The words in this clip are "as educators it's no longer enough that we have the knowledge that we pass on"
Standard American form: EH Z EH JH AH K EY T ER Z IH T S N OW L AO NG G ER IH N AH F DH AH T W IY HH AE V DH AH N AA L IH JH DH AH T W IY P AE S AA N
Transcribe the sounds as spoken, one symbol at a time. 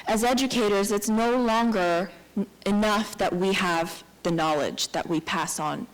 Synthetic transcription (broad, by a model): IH Z EH JH AH K EY T ER Z IH T S N OW L AO NG G ER IH N AH F DH AH T W IY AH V DH AH N AA L IH JH DH AH T W IY P AE S N